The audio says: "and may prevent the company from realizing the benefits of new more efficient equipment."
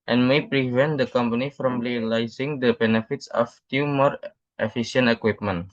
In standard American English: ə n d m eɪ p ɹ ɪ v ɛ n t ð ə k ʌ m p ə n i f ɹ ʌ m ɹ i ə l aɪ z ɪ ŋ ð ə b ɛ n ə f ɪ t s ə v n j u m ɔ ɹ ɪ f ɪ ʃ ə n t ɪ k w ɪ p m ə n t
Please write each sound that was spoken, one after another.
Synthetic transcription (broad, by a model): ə n m eɪ p ɹ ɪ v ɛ n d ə k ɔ m p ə n i f ɹ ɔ m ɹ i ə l aɪ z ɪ ŋ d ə b ɛ n ə f ɪ t s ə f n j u m ɔ ɹ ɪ f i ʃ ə n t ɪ k w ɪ p m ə n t